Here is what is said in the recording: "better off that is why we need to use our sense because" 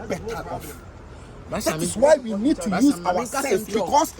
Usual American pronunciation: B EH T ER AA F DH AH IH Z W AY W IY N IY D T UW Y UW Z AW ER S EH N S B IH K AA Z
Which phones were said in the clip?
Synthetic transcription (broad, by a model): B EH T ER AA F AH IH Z W AY W IY N IY D T UW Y UW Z AW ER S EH L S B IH K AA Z